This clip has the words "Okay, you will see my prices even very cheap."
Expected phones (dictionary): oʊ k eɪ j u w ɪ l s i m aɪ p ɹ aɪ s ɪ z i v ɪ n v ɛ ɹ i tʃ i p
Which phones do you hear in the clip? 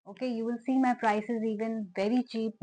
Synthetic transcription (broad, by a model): oʊ k eɪ j u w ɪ l s i m aɪ p ɹ aɪ s ɪ z i v ɪ n v ɛ ɹ i tʃ i p